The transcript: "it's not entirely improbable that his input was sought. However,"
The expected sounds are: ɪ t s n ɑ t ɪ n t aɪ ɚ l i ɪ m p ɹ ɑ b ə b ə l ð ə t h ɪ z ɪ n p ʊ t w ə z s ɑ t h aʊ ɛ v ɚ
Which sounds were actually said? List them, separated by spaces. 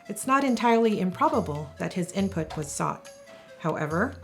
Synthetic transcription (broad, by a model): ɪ t s n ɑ t ɪ n t aɪ ɚ l i ɪ m p ɹ ɑ b ə b ə l ð ə t h ɪ z ɪ n p ʊ t w ə z s ɑ t h aʊ ɛ v ɚ